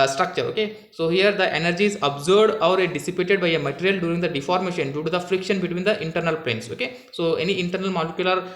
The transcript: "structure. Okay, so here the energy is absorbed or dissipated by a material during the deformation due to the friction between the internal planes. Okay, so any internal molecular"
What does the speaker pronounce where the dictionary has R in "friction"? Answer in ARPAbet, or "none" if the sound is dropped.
R